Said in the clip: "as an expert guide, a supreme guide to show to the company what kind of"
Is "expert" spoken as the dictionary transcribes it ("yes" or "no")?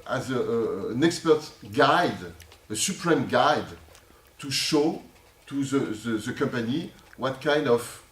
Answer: yes